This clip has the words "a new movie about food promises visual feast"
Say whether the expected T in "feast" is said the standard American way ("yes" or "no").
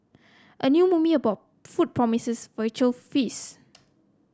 no